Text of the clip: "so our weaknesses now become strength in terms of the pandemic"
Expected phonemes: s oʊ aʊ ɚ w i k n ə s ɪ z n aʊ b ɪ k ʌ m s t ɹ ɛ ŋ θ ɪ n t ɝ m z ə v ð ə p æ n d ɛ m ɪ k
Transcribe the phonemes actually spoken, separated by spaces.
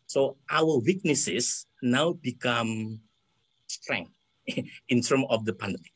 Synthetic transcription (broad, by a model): s oʊ aʊ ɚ w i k n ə s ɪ s n aʊ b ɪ k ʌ m s t ɹ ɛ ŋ ɪ n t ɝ m ə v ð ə p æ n d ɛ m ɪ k